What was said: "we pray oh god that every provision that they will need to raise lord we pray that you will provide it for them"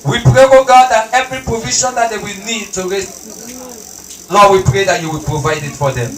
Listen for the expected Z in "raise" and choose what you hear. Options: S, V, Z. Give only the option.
S